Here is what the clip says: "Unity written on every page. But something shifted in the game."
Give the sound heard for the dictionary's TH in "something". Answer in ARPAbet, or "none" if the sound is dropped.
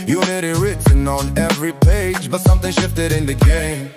TH